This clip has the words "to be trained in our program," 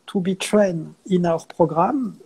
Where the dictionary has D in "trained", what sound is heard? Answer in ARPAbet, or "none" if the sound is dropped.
none